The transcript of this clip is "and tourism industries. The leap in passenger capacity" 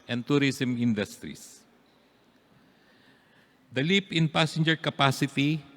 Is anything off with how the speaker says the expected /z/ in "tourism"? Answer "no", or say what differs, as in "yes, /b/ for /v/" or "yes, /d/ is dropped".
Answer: yes, /s/ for /z/